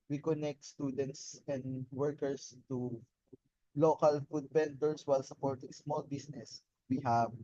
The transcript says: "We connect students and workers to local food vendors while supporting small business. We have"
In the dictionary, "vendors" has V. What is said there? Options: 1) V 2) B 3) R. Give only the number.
2